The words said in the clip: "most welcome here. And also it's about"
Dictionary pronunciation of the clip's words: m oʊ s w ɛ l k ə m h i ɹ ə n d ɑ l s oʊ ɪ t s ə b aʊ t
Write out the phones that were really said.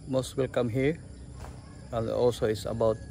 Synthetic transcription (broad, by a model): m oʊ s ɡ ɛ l k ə m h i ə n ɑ s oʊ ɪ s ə b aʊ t